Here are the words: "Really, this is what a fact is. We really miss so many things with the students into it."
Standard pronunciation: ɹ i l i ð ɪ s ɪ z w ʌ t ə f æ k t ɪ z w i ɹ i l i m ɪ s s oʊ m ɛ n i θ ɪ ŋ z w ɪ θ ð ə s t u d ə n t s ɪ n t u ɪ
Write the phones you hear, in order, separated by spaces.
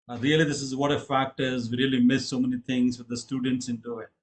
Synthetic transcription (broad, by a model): ɹ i l i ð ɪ s ɪ z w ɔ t ə f æ k t ɪ z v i ɹ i l i m ɪ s s oʊ m ɛ n i t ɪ ŋ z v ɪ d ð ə s t u d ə n t s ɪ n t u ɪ